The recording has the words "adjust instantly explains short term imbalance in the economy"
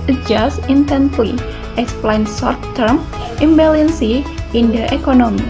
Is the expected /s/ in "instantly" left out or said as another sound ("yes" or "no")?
yes